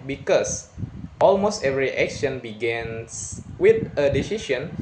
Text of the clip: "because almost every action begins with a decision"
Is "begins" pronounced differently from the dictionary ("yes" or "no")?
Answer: yes